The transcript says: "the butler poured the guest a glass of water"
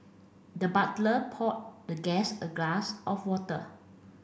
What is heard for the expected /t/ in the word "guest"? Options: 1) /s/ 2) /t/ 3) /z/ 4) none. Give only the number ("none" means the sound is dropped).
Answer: 4